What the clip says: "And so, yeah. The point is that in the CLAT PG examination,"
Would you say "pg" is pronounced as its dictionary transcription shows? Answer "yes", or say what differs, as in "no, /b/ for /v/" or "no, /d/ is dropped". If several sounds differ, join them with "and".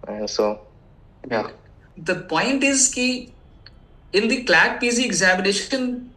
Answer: no, /z/ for /dʒ/